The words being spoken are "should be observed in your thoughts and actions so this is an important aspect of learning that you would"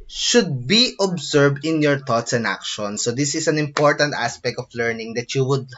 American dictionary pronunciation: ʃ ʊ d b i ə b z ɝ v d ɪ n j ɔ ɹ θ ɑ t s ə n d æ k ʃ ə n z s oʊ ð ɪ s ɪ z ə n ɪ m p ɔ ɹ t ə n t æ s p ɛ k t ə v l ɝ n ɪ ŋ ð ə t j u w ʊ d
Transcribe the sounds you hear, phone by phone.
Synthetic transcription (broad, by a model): ʃ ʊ d b i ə b s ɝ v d ɪ n j ɔ ɹ t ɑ t s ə n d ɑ k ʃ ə n s oʊ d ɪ s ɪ s ə n ɪ m p ɔ ɹ t ə n t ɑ s p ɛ k t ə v l ɝ n ɪ ŋ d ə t j u w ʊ d